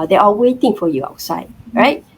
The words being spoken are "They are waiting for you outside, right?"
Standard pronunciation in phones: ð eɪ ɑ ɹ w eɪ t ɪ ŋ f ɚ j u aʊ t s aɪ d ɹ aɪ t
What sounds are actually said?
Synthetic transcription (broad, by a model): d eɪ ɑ l w eɪ t ɪ ŋ f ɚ j u aʊ t s aɪ d ɹ aɪ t